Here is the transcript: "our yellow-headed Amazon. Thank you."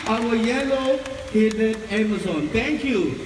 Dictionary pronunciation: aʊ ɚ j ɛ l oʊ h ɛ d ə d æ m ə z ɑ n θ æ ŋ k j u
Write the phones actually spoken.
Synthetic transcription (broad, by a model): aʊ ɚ j ɛ l oʊ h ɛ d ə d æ m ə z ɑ n t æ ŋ k j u